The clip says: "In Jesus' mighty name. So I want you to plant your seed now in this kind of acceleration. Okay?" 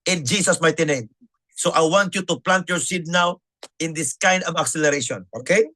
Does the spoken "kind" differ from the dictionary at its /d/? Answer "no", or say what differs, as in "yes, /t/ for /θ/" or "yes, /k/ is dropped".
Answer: no